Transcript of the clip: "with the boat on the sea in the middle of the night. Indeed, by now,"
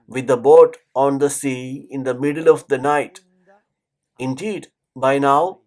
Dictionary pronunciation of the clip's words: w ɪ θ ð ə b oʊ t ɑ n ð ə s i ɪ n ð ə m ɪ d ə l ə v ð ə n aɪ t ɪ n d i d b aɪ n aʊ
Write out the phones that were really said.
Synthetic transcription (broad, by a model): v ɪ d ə b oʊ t ɑ n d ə s i ɪ n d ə m ɪ d ə l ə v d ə n aɪ t ɪ n d i d b aɪ n aʊ